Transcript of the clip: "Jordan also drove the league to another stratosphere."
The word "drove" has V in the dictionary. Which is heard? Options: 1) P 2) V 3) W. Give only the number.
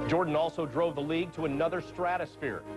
2